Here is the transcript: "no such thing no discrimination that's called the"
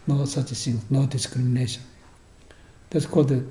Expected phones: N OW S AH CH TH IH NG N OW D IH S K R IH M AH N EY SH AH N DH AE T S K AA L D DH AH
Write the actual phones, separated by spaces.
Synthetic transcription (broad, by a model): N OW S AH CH S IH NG N OW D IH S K R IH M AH N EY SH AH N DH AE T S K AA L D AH